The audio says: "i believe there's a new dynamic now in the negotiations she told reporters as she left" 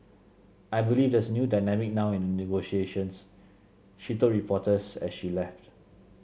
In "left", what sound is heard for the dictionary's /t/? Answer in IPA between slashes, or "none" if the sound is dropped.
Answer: /t/